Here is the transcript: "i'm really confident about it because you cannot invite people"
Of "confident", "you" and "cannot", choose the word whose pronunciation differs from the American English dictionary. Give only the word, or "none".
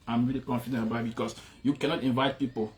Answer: confident